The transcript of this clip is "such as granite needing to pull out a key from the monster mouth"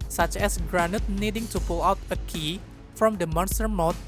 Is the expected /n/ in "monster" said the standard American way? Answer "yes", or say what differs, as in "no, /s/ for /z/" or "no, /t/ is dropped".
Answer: yes